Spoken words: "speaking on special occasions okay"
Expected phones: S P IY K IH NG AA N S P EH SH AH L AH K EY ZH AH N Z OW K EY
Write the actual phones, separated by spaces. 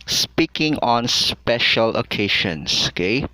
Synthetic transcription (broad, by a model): S P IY K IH NG AA N S P EH SH AH L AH K EY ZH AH N S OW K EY